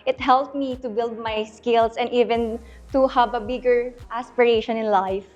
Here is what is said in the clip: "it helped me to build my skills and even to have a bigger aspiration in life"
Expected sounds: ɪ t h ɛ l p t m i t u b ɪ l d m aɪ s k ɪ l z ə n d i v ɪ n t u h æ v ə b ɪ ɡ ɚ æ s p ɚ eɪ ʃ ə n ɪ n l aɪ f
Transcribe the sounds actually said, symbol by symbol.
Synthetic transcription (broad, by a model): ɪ t h ɛ l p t m i t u b ɪ l d m aɪ s k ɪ l s ə n d i v ɪ n t u h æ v ə b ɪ ɡ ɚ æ s p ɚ eɪ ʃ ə n ɪ n l aɪ f